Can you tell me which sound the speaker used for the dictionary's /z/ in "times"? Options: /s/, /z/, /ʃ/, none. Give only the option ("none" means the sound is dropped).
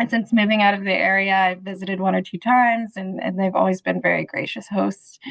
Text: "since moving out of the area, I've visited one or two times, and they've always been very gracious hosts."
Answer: /z/